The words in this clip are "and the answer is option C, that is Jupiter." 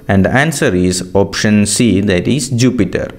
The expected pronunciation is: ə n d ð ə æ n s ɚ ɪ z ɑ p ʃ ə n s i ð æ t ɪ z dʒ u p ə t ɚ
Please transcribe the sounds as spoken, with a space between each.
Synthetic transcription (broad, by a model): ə n d æ n s ɚ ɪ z ɑ p ʃ ə n s i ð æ t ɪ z dʒ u p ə t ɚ